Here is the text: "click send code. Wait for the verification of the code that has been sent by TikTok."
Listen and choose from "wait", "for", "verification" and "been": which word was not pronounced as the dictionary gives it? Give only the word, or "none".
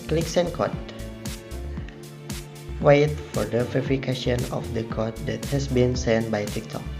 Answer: verification